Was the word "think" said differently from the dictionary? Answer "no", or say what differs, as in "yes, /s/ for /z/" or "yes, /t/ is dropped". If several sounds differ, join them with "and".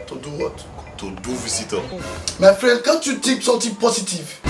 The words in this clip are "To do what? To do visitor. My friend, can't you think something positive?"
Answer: yes, /t/ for /θ/